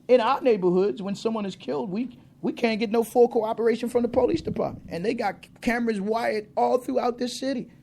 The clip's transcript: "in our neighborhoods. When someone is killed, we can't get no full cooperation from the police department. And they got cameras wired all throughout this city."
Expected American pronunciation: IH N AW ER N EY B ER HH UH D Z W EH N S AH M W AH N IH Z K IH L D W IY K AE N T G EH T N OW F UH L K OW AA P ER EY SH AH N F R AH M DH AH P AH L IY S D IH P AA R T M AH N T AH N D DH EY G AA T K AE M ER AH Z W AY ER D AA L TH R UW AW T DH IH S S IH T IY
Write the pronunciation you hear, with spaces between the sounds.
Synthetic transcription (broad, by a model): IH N AW ER N EY B ER HH UH D Z W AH N S AH M W AH N IH Z K IH L D W IY K AE N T G EH T N OW F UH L K OW AA P ER EY SH AH N F R AH M DH AH P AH L IY S D IH P AA R T M AH N T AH N DH EY G AA T K AE M ER AH Z W AY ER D AA L TH R UW AW T DH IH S S IH T IY